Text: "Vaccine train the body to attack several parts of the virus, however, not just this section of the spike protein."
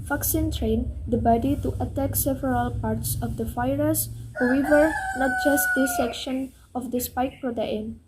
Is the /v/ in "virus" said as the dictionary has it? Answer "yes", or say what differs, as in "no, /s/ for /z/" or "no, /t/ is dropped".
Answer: no, /f/ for /v/